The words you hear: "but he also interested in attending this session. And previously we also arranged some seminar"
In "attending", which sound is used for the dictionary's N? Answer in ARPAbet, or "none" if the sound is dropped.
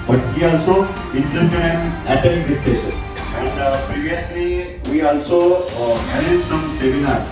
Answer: none